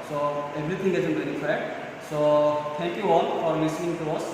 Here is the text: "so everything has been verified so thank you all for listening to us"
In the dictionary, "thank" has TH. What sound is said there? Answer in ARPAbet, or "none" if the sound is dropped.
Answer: T